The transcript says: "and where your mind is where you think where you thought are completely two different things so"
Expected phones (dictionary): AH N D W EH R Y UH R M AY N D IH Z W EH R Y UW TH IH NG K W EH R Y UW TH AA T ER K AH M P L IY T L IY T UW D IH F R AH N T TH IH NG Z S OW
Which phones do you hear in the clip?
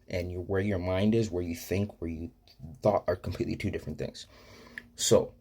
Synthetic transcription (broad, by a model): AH N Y W EH R Y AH R M AY N D IH Z W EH R Y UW TH IH NG K W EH R Y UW TH AA T ER K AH M P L IY T L IY T UW D IH F R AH N TH IH NG Z S OW